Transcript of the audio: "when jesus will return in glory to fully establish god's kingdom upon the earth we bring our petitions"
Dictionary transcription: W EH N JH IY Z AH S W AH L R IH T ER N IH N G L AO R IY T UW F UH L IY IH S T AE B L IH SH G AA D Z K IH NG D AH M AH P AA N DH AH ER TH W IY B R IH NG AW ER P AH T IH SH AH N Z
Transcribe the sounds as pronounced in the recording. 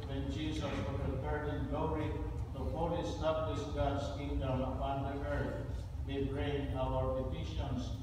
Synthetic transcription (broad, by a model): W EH N JH IY S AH S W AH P R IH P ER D IH N G L AO R IY T UW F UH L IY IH S T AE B L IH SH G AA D S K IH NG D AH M AH P AA N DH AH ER T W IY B R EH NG AW ER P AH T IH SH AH N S